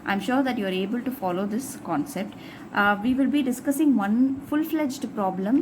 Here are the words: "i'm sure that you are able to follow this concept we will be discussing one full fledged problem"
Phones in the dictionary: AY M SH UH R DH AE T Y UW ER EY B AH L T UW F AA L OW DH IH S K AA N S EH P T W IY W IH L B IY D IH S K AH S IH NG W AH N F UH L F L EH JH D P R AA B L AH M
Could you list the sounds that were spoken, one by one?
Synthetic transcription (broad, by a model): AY M SH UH R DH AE T Y UW ER EY B AH L T UW F AA L OW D IH S K AA N S EH P T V IY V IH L B IY D IH S K AH S IH NG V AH N F UH L F L EH JH D P R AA B L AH M